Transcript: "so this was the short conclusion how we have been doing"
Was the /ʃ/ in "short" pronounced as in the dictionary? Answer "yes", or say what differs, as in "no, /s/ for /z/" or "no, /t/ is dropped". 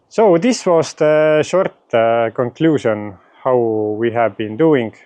yes